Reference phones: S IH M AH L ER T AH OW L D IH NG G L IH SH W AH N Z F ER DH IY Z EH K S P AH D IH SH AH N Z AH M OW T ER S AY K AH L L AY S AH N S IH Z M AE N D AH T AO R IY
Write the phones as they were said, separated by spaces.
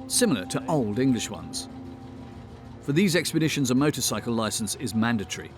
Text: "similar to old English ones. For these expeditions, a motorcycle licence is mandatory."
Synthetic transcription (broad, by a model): S IH M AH L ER T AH OW L D IH NG G L IH SH W AH N Z F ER DH IY Z EH K S P AH D IH SH AH N Z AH M OW T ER S AY K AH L L AY S AH N S IH Z M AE N D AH T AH R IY